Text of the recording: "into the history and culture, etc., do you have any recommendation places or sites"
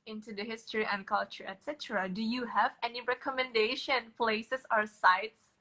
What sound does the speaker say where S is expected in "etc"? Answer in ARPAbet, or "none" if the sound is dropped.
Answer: S